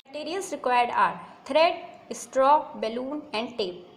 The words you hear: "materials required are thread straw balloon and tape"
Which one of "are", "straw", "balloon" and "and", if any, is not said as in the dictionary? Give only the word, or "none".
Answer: none